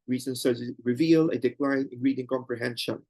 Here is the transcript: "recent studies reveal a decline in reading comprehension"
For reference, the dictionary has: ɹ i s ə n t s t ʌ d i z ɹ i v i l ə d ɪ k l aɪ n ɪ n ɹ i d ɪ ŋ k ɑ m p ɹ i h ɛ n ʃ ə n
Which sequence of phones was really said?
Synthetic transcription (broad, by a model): ɹ i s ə n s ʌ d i ɹ i v i l ə d ɪ k l aɪ n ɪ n ɹ i d ɪ ŋ k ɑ m p ɹ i h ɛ n ʃ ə n